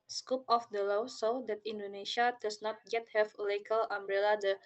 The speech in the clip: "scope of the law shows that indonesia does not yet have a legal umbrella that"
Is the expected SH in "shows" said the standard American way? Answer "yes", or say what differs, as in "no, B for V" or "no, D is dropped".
no, S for SH